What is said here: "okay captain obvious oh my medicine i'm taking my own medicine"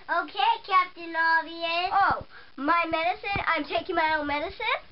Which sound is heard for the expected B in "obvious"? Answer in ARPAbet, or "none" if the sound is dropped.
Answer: none